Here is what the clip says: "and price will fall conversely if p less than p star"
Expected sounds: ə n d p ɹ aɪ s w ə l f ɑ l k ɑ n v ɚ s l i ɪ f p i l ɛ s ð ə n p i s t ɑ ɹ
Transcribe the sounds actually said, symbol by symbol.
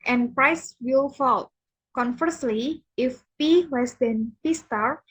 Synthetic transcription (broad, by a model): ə n p ɹ aɪ s w ə l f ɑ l k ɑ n f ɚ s l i ɪ f p i w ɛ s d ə n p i s t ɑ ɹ